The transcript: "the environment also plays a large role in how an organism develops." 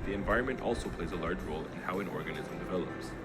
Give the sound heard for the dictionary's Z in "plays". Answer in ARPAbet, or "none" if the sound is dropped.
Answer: Z